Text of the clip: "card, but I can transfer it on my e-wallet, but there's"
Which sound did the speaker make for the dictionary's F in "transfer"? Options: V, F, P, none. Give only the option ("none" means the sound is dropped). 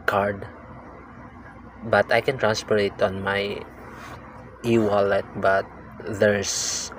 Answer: P